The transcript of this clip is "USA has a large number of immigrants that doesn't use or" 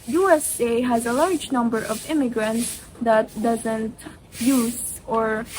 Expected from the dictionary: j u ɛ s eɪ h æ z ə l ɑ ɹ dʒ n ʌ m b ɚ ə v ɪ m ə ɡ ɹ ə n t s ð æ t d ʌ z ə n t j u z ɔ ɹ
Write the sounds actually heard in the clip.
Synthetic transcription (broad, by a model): j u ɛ s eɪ h æ z ə l ɑ ɹ dʒ n ʌ m b ɚ ə v ɪ m ə ɡ ɹ ə n t s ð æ t d ʌ z ə n t j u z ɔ ɹ